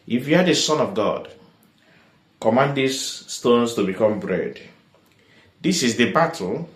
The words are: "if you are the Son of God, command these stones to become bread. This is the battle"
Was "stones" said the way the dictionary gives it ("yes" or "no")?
no